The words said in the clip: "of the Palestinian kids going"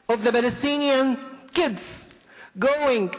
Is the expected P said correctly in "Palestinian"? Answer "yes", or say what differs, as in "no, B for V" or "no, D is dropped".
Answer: no, B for P